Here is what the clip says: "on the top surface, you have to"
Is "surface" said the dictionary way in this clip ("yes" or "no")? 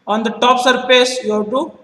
no